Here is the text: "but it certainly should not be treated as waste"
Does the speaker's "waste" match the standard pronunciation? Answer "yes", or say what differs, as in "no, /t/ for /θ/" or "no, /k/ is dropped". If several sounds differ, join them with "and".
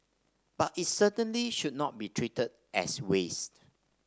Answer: yes